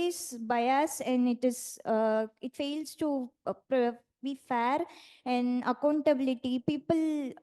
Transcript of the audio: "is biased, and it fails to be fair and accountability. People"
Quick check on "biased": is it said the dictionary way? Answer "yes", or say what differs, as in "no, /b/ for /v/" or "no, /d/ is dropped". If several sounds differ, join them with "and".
no, /t/ is dropped